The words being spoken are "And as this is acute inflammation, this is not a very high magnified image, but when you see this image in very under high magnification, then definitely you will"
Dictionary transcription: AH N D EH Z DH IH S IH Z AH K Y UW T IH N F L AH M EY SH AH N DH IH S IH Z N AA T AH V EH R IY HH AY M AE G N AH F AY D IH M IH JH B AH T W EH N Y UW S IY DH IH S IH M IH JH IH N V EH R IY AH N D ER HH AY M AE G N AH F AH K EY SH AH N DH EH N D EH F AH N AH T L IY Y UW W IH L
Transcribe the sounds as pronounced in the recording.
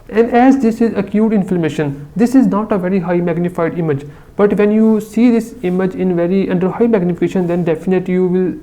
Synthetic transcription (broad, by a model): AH N D EH Z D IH S IH Z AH K Y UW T IH N F L AH M EY SH AH N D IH S IH Z N AA T AH V EH R IY HH AY M AE G N AH F AY D IH M IH JH B AH T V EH N Y UW S IY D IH S IH M IH JH IH N V EH R IY AH N D ER HH AY M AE G N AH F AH K EY SH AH N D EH N D EH F AH N AH T L IY Y UW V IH L